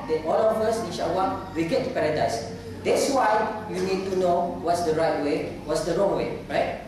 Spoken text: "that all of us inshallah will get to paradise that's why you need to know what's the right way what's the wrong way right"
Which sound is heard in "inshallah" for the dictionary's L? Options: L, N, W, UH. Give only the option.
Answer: W